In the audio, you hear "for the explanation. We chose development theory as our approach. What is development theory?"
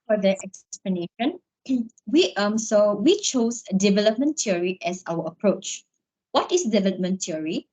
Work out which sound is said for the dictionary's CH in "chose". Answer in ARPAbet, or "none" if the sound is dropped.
S